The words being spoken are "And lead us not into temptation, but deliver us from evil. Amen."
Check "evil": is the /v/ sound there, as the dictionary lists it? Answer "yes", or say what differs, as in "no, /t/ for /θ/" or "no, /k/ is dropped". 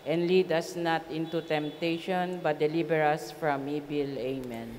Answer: no, /b/ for /v/